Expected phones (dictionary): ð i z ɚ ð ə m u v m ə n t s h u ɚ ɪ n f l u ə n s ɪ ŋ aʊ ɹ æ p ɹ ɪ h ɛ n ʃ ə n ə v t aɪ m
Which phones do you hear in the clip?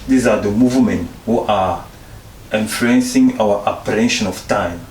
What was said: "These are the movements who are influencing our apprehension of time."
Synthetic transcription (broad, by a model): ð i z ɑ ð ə m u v m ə n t h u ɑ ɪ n f l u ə n s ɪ ŋ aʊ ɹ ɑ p ɪ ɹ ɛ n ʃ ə n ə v t aɪ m